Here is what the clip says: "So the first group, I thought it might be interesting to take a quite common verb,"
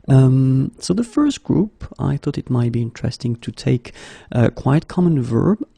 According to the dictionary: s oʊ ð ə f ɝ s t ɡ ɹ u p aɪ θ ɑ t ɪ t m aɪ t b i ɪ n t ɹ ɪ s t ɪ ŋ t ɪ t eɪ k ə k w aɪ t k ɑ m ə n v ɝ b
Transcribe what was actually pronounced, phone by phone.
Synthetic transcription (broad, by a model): s oʊ ð ə f ɝ s t ɡ ɹ u p aɪ θ ɑ t ɪ t m aɪ t b i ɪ n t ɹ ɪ s t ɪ ŋ t ɪ t eɪ k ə k w aɪ t k ɑ m ə n v ɝ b